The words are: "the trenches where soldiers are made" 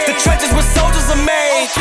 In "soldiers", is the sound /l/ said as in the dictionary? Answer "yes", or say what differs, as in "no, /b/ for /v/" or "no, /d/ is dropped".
yes